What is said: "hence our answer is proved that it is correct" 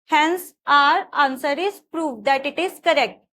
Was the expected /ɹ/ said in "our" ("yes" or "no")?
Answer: yes